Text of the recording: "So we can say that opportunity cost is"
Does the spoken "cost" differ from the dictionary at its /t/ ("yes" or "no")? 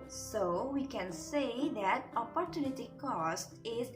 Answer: no